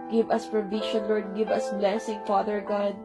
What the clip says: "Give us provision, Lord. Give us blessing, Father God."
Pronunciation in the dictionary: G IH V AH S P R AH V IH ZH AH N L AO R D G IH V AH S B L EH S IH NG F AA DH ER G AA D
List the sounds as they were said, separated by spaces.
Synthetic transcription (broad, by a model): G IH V AH S P R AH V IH SH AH N L AO R D G IH V AH S B L EH S IH NG F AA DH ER G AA D